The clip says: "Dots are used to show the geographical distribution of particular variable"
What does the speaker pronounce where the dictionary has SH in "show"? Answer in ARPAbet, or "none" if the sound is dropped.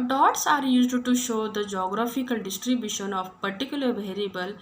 SH